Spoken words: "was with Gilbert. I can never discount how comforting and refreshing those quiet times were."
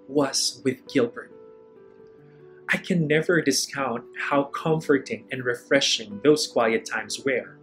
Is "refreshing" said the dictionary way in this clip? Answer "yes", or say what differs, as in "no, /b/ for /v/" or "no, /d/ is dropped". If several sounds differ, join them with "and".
yes